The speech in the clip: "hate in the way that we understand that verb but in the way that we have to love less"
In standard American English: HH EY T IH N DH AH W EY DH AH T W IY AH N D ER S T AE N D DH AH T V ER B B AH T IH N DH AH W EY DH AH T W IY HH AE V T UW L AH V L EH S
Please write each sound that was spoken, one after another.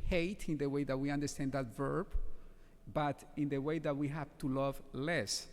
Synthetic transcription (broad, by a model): HH EY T IH N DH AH W EY DH AH T W IY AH N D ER S T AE N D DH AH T V ER B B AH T IH N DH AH W EY DH AH T W IY HH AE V T UW L AH V L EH S